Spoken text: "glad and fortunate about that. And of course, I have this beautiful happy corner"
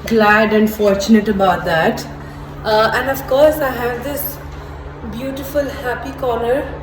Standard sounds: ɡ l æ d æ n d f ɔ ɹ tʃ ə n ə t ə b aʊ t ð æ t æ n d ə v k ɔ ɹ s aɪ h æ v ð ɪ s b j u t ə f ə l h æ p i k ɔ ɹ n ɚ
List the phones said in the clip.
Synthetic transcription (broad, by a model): ɡ l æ d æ n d f ɔ ɹ tʃ ə n ə t ə b aʊ t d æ t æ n d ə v k ɔ ɹ s aɪ h æ v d ɪ s b j u t ə f ə l h æ p i k ɔ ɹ n ɚ